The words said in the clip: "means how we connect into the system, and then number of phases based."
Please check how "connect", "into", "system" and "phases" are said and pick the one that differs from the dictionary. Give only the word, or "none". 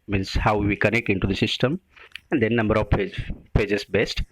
phases